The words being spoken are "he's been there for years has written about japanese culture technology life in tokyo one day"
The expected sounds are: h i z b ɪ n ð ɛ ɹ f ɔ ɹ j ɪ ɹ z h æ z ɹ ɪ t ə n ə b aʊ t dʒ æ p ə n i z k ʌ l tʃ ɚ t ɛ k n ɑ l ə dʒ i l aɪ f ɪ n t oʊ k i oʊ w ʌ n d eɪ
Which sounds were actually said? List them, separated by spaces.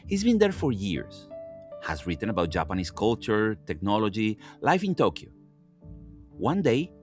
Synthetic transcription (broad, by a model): h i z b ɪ n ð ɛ ɹ f ɔ ɹ j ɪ ɹ s h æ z ɹ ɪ t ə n ə b aʊ t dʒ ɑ p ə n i s k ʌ l tʃ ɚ t ɛ k n ɑ l ə dʒ i l aɪ f ɪ n t oʊ k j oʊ w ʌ n d eɪ